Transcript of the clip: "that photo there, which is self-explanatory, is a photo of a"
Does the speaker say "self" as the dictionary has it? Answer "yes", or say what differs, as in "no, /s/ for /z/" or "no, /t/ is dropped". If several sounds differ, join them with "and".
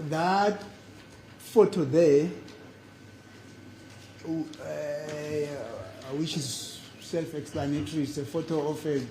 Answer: yes